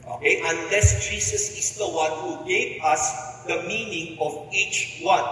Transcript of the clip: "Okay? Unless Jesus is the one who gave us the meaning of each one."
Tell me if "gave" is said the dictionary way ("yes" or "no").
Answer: no